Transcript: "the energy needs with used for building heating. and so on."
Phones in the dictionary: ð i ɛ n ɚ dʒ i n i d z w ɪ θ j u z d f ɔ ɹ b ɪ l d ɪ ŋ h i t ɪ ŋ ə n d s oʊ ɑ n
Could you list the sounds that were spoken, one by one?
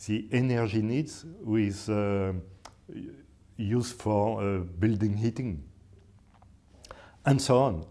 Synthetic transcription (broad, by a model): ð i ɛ n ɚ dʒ i n i d z w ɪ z j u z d f ɔ ɹ b ɪ l d ɪ ŋ h i t ɪ ŋ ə n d s oʊ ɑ n